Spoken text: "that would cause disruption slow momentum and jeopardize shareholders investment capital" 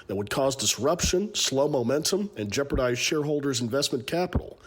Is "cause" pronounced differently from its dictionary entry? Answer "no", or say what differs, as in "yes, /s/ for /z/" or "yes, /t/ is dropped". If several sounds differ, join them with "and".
no